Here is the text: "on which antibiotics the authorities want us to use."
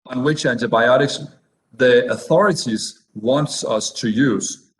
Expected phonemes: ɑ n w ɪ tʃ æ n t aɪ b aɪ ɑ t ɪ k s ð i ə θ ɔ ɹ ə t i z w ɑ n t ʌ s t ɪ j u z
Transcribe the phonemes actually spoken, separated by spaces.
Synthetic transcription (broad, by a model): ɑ n w ɪ tʃ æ n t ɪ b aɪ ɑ t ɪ k s ð i ə θ ɔ ɹ ə t i z w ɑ n t ʌ s t ɪ j u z